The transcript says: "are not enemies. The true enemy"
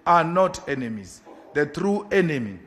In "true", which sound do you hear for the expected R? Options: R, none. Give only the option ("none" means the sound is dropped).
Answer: R